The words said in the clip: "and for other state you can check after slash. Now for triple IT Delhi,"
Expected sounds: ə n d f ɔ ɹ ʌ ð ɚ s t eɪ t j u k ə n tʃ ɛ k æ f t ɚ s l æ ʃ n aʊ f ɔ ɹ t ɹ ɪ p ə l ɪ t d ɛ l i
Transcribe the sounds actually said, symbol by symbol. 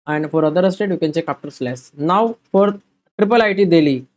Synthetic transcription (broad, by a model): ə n d f ɔ ɹ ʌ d ɚ s t eɪ t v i k ə n tʃ ɛ k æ p t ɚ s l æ s n aʊ f ɔ ɹ t ɹ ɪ p ə l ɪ t d ɛ l i